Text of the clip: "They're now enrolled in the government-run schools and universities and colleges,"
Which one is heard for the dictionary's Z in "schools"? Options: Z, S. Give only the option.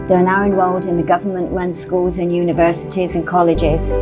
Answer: Z